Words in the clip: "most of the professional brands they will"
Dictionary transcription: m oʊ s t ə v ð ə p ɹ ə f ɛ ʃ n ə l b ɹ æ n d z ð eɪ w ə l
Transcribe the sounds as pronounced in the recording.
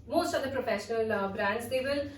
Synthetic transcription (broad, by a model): m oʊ s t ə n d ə p ɹ ə f ɛ ʃ n ə l b ɹ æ n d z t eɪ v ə l